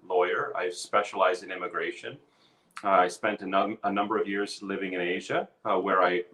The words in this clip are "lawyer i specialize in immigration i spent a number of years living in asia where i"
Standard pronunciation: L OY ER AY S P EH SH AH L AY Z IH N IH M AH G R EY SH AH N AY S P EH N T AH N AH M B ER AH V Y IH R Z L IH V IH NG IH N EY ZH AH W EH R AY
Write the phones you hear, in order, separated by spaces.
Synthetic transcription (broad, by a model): L OY ER AY S P EH SH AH L AY Z IH N IH M AH G R EY SH AH N AY S P EH N T AH N AH M B ER AH V Y IH R Z L IH V IH NG IH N EY ZH AH W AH R AY